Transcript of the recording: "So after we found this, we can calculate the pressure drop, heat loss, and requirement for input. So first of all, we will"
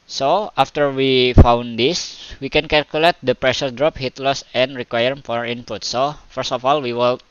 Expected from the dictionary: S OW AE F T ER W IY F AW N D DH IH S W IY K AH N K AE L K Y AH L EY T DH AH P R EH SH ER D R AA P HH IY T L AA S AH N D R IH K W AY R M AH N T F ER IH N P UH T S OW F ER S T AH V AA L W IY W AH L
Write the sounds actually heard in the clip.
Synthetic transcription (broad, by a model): S OW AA F T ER W IY F AW N D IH S W IY K AH N K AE L K Y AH L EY T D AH P R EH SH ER D R AA P HH IY T L AA S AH N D R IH K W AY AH T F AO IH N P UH T S OW F ER S T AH F AA L W IY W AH L